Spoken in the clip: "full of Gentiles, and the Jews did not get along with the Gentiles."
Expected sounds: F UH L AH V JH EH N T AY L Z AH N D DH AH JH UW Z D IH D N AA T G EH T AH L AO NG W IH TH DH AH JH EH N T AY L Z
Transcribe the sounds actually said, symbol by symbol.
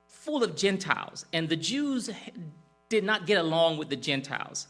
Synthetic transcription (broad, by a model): F UH L AH V JH EH N T AY L Z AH N DH AH JH UW Z D IH D N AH T G EH T AH L AO NG W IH DH AH JH EH N T AY L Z